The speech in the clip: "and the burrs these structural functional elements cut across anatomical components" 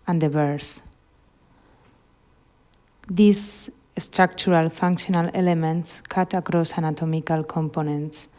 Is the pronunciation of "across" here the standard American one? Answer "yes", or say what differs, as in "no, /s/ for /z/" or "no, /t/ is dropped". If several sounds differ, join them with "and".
yes